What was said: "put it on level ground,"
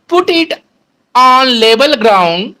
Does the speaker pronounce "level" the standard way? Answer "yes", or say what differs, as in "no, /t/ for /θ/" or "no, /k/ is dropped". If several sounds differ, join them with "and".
no, /b/ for /v/